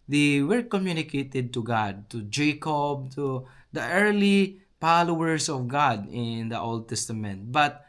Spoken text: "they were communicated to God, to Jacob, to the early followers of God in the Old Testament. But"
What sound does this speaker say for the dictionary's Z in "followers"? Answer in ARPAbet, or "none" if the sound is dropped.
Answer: S